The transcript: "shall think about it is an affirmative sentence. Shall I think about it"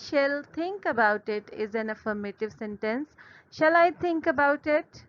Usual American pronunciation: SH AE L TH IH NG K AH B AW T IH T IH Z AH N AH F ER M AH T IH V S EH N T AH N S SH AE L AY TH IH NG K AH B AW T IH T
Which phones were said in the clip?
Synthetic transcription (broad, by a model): SH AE L T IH NG K AH B AW T IH T IH Z AH N AH F ER M AH T IH V S EH N T AH N S SH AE L AY T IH NG K AH B AW T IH T